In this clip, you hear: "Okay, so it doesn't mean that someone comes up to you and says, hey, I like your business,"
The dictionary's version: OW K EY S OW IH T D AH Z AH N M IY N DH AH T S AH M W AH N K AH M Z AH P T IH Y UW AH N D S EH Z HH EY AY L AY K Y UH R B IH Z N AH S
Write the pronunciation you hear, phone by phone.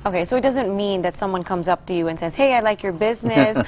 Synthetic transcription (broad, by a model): OW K EY S OW IH T D AH Z AH N M IY N DH AH T S AH M W AH N K AH M Z AH P T IH Y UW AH N S EH Z HH EY AY L AY K Y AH R B IH Z N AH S